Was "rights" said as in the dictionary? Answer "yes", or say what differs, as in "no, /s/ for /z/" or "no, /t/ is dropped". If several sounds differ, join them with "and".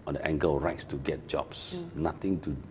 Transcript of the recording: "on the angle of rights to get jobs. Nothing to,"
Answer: yes